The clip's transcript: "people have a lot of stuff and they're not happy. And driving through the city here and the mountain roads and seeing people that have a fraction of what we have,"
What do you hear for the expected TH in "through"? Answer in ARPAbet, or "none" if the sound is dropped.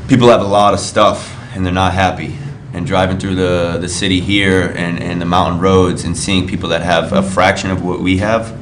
TH